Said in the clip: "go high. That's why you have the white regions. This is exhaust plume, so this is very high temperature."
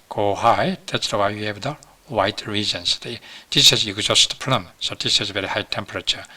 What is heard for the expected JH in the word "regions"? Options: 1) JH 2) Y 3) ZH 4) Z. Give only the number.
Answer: 4